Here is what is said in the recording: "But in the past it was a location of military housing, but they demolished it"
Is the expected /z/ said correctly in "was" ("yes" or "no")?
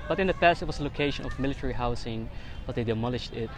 no